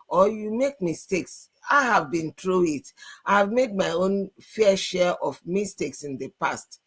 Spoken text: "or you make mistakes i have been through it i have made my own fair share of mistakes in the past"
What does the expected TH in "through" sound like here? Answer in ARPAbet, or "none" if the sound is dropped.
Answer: T